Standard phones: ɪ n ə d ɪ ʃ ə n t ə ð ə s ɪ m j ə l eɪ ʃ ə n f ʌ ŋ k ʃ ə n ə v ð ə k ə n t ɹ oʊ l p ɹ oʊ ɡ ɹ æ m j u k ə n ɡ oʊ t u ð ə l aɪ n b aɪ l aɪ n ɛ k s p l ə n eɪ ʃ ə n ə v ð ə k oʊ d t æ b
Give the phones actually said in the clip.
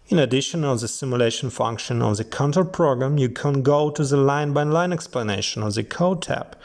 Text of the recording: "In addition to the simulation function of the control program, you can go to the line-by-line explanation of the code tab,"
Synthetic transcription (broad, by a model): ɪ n ə d ɪ ʃ ə n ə ð ə s ɪ m j ə l eɪ ʃ ə n f ʌ ŋ k ʃ ə n ə v ð ə k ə n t oʊ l p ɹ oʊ ɡ ɹ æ m j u k ə n ɡ oʊ t u ð ə l aɪ n b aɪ l aɪ n ɛ k s p l ə n eɪ ʃ ə n ə v ð ə k oʊ d t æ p